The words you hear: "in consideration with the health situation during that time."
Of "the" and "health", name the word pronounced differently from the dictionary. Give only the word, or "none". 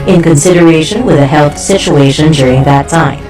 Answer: none